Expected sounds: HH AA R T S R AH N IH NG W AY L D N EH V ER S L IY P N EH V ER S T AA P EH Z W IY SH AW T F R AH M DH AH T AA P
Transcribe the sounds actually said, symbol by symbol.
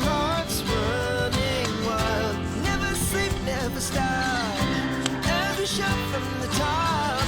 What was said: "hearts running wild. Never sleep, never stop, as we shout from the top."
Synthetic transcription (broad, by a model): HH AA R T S W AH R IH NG W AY L N EH V ER S L IY P N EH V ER S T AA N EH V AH SH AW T F R AH M DH AH T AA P